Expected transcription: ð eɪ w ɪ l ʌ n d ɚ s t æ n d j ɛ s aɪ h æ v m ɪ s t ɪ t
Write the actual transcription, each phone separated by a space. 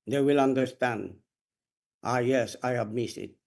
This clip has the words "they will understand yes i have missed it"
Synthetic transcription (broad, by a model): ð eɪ w ɪ l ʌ n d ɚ s t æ n d j ɛ s aɪ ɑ b m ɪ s ɪ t